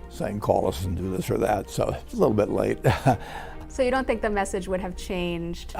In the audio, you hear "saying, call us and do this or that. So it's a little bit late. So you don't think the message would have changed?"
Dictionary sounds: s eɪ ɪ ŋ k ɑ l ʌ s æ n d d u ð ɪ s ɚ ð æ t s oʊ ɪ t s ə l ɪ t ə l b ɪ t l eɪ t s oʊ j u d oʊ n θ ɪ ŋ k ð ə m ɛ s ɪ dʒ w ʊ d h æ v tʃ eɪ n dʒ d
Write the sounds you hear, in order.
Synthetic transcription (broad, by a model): s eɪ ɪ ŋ k ɑ l ʌ s n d d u ð ɪ s ɚ ð æ t s oʊ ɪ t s ə l ɪ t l b ɪ t l eɪ t s oʊ j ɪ d oʊ n θ ɪ ŋ k ð ə m ɛ s ɪ dʒ w ʊ d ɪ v tʃ eɪ n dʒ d